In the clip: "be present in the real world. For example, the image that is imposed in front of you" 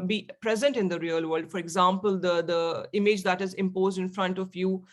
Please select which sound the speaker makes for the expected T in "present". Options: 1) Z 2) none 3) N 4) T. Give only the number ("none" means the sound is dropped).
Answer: 4